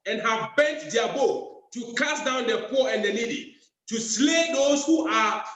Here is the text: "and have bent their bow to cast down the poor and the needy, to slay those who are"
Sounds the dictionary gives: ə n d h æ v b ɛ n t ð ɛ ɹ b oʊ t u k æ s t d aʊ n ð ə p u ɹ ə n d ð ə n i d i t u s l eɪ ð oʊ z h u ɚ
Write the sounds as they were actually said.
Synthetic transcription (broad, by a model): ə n h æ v b ɛ n t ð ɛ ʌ b oʊ t u k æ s d aʊ n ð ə p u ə n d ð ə l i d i t u s l eɪ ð oʊ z h u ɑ